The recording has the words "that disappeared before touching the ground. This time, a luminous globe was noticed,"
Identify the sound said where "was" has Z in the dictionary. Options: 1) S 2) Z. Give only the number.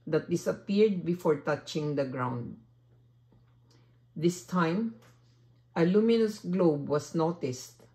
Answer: 1